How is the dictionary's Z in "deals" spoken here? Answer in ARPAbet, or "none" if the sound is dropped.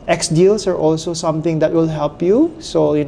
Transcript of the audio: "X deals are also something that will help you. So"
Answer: S